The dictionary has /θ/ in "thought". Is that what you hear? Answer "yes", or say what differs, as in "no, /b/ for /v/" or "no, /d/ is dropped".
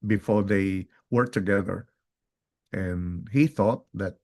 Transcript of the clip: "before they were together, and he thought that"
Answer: yes